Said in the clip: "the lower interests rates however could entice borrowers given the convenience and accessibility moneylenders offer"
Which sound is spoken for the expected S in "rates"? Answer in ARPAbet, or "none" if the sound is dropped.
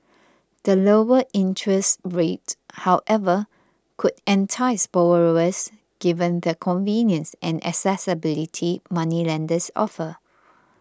none